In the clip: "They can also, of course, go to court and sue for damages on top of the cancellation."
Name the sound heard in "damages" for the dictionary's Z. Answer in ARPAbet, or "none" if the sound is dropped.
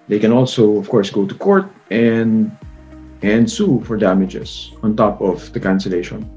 S